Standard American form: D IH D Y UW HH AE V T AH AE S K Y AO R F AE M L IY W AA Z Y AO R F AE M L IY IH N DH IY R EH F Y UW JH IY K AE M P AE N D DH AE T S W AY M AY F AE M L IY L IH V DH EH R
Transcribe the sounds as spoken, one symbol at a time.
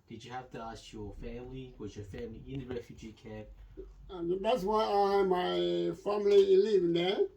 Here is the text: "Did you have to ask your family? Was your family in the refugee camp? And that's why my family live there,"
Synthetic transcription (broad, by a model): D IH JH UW HH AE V T AH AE S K Y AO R F AE M L IY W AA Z Y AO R F AE M L IY IH N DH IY R EH F Y UW JH IY K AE P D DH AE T S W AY M AY F AE M L IY L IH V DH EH